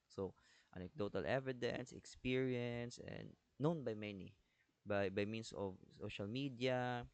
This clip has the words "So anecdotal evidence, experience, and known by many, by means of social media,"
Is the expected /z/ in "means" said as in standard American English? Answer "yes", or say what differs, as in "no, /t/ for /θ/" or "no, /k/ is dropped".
no, /s/ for /z/